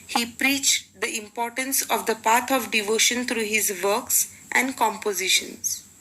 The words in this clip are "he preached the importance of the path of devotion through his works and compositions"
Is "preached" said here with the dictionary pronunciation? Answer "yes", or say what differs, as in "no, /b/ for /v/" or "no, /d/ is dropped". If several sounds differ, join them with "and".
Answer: yes